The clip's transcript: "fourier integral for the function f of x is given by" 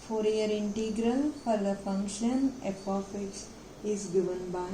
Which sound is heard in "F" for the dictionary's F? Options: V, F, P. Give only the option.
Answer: P